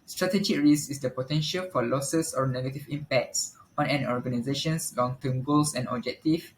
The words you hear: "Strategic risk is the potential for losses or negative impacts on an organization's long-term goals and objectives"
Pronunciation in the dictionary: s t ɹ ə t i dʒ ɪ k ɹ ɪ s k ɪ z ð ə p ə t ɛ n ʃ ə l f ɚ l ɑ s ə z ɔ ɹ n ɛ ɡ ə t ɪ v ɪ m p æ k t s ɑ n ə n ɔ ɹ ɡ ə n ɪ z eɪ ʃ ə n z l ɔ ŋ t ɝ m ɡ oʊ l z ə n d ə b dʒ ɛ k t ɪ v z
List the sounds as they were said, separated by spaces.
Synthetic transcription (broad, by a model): s t ɹ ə t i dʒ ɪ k ɹ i s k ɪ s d ə p ə t ɛ n ʃ ə l f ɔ l ɑ s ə s ɔ ɹ n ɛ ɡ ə t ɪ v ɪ m p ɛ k t s ɑ n ə n ɔ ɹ ɡ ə n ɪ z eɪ ʃ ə n s l ɔ ŋ t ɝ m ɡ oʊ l s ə n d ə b dʒ ɛ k t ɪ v